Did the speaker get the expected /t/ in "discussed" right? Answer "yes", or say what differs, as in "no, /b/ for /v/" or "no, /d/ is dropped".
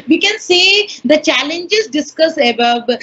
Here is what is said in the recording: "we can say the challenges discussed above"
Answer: no, /t/ is dropped